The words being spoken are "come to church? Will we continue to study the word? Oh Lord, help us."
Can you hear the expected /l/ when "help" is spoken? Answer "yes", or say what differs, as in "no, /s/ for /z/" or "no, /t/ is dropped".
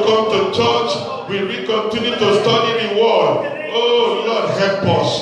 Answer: no, /l/ is dropped